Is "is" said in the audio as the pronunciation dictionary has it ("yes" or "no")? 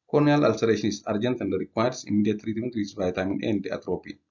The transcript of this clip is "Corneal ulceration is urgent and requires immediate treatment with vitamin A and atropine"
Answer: no